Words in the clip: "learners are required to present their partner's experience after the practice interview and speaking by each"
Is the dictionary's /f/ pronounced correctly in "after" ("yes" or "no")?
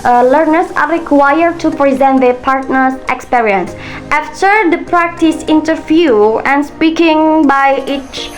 yes